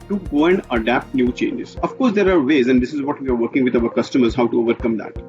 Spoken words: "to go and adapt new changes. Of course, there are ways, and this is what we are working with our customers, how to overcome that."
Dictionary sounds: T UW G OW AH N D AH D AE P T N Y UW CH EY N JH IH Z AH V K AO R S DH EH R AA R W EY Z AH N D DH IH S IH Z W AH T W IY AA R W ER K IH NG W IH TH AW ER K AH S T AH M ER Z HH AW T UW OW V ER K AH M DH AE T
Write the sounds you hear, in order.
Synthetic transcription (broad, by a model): T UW G OW AH N D AH D AE P T N Y UW CH EY N JH IH Z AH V K AO R S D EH R AA R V EY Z AH N D IH S IH Z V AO T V IY AA R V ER K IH NG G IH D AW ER K AH S T AH M ER Z HH AW T UW OW V ER K AH M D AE T